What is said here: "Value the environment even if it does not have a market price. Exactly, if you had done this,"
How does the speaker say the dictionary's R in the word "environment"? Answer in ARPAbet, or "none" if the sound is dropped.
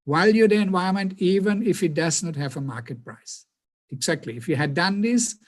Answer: none